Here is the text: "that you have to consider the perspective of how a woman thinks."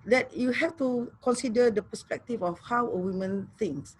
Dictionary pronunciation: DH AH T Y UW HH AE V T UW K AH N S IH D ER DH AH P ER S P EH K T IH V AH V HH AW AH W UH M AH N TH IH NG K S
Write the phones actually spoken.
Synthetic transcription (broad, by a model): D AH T Y UW HH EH F T UW K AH N S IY D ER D AH P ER S P EH K T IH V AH F HH AW AH W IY M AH N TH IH NG K S